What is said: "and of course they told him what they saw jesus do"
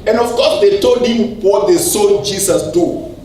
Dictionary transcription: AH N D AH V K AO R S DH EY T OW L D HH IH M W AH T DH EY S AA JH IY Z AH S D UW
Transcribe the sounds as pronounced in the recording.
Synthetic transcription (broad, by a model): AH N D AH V K AO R S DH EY T OW L D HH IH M W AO T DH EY S AA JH IY S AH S D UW